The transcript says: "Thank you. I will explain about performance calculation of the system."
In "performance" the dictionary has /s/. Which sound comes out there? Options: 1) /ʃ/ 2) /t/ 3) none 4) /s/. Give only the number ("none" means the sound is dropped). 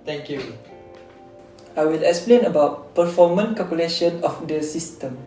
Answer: 3